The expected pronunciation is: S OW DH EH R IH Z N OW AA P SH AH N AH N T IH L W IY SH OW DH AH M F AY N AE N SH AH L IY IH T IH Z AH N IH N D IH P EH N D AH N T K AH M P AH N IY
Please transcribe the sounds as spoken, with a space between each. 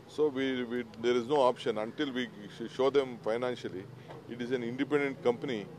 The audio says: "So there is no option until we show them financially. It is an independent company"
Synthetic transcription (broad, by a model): S OW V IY R IH Z N OW AA P SH AH N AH N T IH L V IY SH OW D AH M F AY N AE N SH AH L IY IH T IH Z AH N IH N D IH P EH N D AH N T K AH M P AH N IY